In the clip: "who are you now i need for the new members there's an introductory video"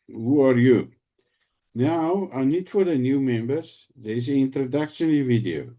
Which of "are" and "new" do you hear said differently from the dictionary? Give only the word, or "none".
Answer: none